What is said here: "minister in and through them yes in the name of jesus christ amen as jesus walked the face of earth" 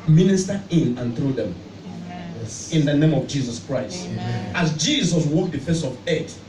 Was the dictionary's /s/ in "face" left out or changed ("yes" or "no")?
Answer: no